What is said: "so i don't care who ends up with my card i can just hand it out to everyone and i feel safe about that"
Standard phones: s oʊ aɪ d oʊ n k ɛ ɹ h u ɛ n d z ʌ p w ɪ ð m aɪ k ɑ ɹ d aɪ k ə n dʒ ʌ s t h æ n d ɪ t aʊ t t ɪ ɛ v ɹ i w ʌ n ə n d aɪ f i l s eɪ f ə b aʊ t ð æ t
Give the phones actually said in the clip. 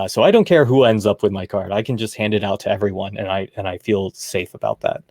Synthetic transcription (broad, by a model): s oʊ aɪ d oʊ n k ɛ ɹ h u ɛ n d z ʌ p w ɪ ð m aɪ k ɑ ɹ d aɪ k ə n dʒ ʌ s t h æ n d ɪ t aʊ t t ɪ ɛ v ɹ i w ʌ n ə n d aɪ f i l s eɪ f ə b aʊ t ð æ t